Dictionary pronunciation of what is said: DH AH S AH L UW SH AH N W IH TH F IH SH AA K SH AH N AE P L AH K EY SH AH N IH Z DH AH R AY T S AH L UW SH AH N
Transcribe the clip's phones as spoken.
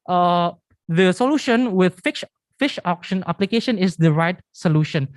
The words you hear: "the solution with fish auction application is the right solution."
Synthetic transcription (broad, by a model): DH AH S AH L UW SH AH N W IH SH F IH SH AA K SH AH N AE P L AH K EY SH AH N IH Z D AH R AY T S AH L UW SH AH N